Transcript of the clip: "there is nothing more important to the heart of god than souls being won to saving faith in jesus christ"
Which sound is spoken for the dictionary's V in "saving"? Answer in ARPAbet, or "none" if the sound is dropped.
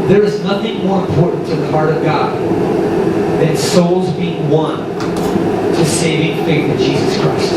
V